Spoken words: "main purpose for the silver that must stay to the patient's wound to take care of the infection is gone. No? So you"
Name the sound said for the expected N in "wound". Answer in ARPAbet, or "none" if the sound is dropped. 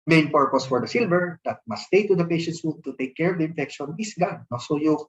none